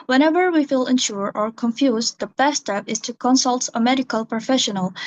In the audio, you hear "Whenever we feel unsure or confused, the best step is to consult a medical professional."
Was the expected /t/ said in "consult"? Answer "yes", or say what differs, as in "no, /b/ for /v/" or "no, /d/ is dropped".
yes